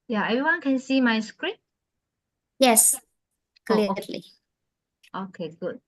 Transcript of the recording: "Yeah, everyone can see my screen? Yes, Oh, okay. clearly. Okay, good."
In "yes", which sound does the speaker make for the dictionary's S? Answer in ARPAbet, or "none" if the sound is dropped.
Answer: S